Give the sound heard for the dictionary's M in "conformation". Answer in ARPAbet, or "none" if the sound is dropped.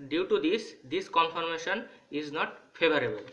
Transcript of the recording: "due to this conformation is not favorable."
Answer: M